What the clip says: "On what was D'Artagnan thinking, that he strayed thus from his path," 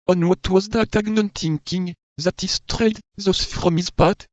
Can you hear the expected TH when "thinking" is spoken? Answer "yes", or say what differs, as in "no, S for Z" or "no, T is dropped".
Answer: no, T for TH